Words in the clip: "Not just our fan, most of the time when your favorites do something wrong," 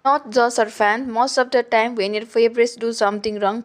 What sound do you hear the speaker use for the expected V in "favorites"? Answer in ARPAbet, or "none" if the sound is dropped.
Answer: B